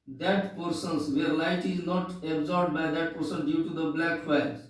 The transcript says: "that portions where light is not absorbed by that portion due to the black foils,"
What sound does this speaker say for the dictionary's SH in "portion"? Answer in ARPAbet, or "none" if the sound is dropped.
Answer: S